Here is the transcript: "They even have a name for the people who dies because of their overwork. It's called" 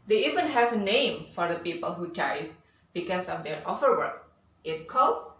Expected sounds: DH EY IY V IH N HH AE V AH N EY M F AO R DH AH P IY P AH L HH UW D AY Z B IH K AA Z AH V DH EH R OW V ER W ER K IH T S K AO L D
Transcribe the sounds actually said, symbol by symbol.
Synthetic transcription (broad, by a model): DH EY IY V IH N HH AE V AH N EY M F AO R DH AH P IY P AH L HH UW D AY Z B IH K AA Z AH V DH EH R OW F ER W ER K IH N K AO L